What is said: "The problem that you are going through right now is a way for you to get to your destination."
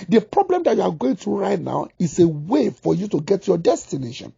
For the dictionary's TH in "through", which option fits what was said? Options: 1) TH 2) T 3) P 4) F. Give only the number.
2